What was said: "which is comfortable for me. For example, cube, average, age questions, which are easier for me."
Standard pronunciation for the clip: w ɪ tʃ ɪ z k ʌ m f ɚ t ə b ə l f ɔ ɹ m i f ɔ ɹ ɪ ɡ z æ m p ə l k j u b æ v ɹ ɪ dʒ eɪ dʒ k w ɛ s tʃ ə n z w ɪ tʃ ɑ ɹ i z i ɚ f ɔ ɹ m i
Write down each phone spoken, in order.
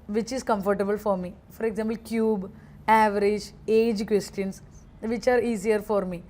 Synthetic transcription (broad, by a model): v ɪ tʃ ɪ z k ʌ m f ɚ t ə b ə l f ɔ ɹ m i f ɔ ɹ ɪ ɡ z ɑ m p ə l k j u b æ v ɹ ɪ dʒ eɪ dʒ k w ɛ s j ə n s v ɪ tʃ ɑ ɹ i s i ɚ f ɔ ɹ m i